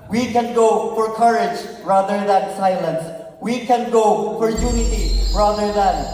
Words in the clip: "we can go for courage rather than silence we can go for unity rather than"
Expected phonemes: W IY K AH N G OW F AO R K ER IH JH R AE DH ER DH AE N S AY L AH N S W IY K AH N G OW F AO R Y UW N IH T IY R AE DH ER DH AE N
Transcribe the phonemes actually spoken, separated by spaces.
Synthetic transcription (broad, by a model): W IY K AH N G OW F AO R K ER IH JH R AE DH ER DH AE N S AY L AH N S W IY K AH N G OW F AO R Y UW N IH T IY R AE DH ER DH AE N